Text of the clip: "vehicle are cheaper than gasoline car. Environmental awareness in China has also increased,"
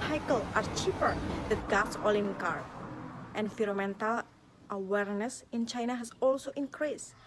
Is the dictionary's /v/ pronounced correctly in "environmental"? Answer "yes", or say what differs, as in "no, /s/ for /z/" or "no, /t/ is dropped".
no, /f/ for /v/